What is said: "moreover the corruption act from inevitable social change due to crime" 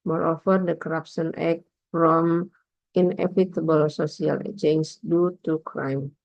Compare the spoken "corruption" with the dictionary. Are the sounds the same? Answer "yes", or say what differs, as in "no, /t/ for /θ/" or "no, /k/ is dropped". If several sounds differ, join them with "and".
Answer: no, /s/ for /ʃ/